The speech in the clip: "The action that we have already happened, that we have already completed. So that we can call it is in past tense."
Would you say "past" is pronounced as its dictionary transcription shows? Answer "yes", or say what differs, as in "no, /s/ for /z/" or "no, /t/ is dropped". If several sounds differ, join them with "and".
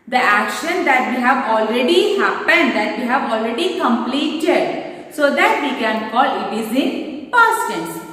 no, /s/ is dropped